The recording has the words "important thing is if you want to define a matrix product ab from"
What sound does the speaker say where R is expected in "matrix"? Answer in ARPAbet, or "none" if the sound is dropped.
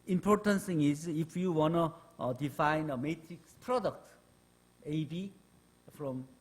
R